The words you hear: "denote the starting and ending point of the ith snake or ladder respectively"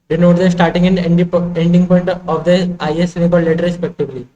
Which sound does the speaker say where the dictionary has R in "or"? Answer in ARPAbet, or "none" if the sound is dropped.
L